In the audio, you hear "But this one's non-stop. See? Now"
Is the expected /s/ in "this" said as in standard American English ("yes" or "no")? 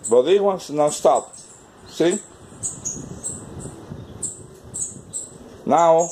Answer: no